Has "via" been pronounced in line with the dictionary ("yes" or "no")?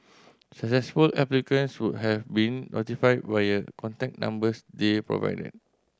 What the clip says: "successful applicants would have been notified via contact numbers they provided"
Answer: no